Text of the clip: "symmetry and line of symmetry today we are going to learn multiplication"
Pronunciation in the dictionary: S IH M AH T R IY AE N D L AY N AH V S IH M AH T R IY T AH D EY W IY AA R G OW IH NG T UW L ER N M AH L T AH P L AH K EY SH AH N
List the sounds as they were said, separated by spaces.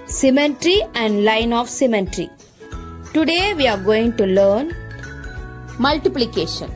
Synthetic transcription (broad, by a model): S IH M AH T R IY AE N D L AY N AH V S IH M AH T R IY T AH D EY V IY AA R G OW IH NG T UW L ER N M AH L T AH P L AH K EY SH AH N